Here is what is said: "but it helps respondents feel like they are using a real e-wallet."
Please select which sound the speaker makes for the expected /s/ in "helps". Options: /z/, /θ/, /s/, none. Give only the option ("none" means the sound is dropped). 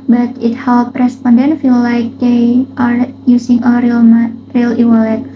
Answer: none